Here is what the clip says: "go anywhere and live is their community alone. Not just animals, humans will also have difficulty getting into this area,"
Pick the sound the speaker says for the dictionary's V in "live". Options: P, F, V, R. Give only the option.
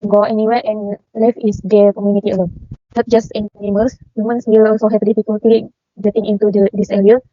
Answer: F